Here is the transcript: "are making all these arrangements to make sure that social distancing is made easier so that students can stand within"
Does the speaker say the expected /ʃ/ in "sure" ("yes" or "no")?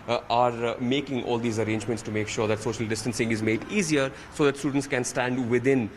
yes